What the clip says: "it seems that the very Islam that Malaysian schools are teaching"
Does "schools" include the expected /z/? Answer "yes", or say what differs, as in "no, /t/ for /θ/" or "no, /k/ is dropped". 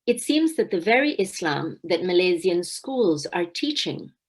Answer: yes